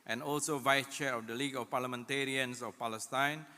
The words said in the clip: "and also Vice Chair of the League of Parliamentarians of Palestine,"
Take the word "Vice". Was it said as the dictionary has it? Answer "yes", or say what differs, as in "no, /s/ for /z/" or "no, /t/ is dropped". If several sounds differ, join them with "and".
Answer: yes